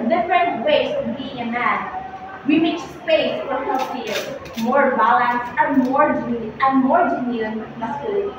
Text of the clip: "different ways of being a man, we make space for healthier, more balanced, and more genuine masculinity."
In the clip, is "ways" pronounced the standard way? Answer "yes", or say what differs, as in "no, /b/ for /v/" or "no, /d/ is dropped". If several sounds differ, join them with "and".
no, /z/ is dropped